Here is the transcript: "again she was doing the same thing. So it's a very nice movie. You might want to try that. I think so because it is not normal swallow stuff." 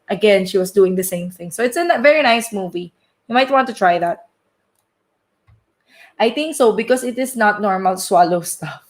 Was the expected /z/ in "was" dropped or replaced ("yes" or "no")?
yes